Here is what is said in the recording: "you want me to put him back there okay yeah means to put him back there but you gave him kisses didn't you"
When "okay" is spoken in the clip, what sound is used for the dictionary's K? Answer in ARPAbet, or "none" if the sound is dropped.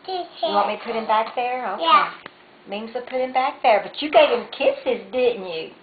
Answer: none